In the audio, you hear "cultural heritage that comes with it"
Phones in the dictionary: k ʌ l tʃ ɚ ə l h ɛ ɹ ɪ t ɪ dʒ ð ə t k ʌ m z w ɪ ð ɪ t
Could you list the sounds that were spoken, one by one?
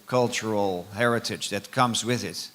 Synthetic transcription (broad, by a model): k ʌ l tʃ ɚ l h ɛ ɹ ɪ t ɪ dʒ ð ə t k ʌ m z w ɪ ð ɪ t